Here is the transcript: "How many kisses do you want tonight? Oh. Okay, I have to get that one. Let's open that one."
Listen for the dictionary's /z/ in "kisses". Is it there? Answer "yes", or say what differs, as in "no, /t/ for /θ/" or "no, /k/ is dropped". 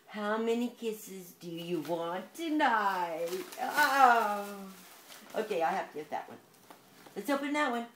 yes